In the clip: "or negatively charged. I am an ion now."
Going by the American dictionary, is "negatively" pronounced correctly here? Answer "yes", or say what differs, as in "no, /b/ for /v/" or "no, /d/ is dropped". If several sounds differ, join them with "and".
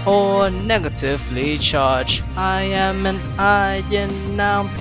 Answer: yes